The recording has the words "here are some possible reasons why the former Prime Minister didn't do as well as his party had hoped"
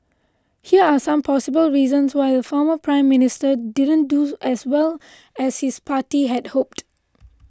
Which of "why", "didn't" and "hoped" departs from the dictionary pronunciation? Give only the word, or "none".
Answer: none